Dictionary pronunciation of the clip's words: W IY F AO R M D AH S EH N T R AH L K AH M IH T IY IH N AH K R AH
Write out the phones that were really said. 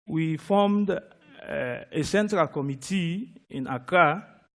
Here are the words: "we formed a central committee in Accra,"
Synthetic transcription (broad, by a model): W IY F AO M D AH S EH N T R AH L K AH M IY T IY IH N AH K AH